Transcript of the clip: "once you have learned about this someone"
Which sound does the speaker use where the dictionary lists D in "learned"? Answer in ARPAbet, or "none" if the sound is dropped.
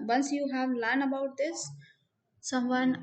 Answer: none